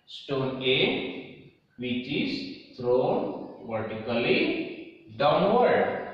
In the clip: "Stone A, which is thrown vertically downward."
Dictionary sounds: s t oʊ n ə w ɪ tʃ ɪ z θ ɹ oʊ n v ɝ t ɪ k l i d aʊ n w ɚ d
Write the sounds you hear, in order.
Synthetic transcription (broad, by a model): s t oʊ n ə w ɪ tʃ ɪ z t ɹ oʊ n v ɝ t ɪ k l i d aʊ n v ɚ d